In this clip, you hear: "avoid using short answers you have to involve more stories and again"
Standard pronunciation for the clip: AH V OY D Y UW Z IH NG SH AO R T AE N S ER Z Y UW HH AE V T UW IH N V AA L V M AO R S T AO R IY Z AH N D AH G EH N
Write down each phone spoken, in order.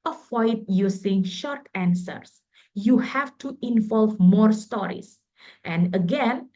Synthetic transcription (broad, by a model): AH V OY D Y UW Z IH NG SH AO R T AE N S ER S Y UW HH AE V T UW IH N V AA L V M AO R S T AO R IY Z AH N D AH G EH N